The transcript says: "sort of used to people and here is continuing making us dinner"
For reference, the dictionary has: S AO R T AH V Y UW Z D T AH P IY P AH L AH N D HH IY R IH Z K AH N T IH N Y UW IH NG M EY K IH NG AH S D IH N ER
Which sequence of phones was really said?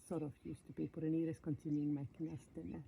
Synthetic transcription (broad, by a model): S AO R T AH F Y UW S T AH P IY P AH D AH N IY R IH S K AH N T IH N Y UW IH NG M EY K IH NG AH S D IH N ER